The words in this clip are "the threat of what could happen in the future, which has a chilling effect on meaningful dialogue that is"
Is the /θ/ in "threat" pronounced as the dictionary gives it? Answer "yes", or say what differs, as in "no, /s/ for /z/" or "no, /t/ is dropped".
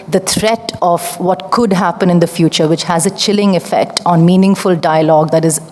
no, /t/ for /θ/